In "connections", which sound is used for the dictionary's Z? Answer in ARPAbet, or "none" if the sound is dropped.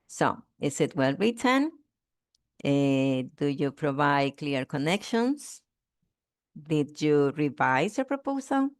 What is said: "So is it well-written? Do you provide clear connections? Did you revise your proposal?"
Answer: S